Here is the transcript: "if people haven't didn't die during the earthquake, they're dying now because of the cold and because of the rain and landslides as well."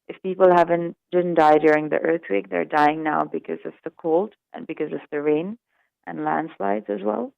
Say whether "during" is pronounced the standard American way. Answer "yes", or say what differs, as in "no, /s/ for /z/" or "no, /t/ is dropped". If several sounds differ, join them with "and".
yes